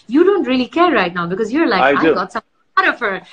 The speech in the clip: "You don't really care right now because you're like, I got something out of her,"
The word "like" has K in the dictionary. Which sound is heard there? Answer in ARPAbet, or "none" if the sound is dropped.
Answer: none